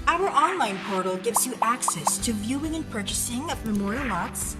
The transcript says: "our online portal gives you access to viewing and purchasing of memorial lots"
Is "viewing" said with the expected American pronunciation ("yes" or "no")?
yes